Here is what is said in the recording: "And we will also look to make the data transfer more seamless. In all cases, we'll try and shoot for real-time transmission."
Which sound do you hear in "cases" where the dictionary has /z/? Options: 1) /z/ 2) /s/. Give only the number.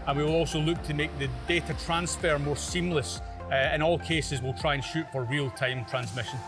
1